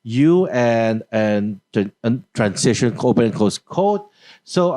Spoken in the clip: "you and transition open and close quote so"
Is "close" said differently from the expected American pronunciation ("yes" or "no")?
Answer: yes